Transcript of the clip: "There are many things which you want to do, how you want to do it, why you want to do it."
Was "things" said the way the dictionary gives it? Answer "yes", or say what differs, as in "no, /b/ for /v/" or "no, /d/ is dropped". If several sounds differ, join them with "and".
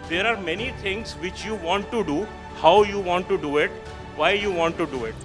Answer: no, /t/ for /θ/